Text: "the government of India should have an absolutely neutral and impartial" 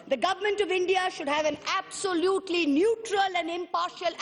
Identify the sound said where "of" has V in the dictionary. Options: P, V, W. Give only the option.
V